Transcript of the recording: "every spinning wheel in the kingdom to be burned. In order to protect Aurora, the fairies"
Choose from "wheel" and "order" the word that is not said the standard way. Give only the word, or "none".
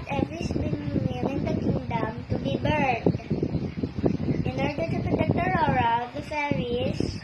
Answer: wheel